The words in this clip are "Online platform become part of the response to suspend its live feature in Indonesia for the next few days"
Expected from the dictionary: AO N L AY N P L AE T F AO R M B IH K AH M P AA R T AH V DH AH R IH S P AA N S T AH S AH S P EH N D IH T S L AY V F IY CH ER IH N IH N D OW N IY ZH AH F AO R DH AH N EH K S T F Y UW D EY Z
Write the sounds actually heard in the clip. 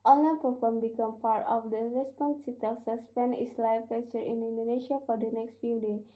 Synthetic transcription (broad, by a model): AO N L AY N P AO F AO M B IH K AH M P AA R T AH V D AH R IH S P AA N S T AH S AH S P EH N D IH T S L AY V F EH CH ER IH N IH N D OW N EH SH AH F AO R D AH N EH K S T F Y UW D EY